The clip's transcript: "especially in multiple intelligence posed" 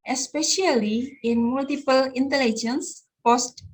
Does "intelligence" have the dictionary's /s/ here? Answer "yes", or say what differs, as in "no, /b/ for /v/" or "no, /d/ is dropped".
yes